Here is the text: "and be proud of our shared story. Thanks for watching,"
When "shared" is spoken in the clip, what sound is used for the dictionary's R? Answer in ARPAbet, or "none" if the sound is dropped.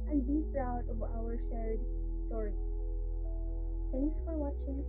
R